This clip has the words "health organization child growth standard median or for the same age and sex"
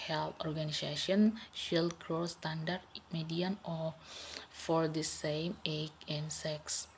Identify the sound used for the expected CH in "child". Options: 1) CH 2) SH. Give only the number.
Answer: 2